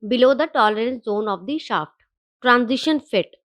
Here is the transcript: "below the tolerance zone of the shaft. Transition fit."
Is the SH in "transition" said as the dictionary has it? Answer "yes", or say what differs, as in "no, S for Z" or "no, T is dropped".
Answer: yes